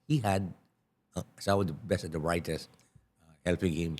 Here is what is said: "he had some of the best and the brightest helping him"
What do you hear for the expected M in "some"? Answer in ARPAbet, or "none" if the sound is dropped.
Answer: none